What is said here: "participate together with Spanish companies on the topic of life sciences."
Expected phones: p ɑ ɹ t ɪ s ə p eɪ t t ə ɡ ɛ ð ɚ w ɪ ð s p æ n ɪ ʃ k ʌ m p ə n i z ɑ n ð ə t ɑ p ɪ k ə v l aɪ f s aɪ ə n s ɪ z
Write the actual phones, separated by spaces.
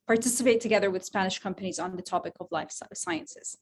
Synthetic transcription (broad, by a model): p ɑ ɹ t ɪ s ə p eɪ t t ə ɡ ɛ ð ɚ w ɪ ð s p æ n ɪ ʃ k ʌ m p ə n i z n ð ə t ɑ p ɪ k ə v l aɪ f s aɪ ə n s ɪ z